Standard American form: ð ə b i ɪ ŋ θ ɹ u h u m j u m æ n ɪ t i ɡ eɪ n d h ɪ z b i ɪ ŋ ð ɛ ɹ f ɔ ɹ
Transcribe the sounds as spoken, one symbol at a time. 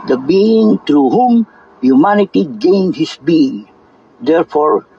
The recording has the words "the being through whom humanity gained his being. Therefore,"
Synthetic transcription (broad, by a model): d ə b i ɪ ŋ t ɹ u h u m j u m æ n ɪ t i ɡ eɪ n d h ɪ s b i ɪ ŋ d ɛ ɹ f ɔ ɹ